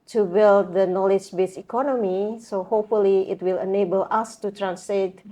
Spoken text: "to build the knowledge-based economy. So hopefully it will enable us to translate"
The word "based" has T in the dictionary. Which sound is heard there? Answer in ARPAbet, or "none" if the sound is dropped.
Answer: none